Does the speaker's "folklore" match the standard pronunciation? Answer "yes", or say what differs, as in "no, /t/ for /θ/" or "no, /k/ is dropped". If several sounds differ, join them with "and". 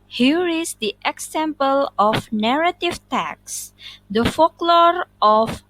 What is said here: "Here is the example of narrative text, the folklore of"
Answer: yes